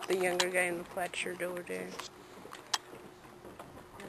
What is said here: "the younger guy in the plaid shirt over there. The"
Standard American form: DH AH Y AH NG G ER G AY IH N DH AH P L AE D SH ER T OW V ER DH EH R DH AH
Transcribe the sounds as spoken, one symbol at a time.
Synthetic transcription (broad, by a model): DH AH Y AH NG G ER G AY IH N DH AH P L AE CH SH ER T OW ER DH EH R